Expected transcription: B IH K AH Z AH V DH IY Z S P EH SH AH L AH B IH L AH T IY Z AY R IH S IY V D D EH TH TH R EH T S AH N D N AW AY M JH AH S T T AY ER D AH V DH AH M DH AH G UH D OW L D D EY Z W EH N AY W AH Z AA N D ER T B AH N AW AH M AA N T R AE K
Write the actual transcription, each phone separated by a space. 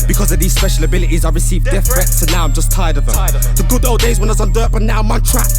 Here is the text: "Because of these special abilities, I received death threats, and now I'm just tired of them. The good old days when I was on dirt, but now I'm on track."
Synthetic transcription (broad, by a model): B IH K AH Z AH V DH IY Z S P EH SH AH L AH B IH L AH T IY Z AY R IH S IY V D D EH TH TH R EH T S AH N N AW AY M JH AH S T T AY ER D AH V DH AH M DH AH G UH D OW L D D EY Z W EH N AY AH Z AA N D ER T B AH N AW AH M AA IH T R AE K